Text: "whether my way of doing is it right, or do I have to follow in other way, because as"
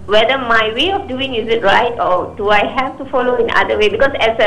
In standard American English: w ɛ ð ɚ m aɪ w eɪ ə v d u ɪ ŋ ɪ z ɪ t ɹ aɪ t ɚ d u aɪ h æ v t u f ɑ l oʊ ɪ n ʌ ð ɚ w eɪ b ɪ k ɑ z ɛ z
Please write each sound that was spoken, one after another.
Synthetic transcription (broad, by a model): w ɛ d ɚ m aɪ w eɪ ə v d u ɪ ŋ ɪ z ɪ t ɹ aɪ t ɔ d u aɪ h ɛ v t u f ɑ l oʊ ɪ n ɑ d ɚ w eɪ b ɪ k ɑ s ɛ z